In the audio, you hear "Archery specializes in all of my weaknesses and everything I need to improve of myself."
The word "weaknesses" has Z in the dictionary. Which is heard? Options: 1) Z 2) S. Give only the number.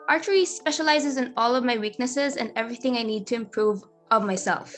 1